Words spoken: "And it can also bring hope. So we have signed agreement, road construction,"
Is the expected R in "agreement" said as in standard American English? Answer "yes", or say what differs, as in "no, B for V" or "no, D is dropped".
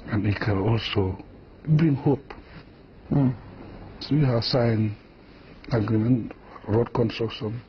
no, R is dropped